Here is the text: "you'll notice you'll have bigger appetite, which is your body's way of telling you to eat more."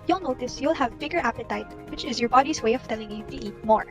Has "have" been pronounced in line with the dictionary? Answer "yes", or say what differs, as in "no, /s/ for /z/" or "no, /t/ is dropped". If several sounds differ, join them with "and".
yes